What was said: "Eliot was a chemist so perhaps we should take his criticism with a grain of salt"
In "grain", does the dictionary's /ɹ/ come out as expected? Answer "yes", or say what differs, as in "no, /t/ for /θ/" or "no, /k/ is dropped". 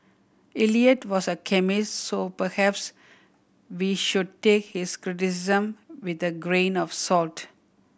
yes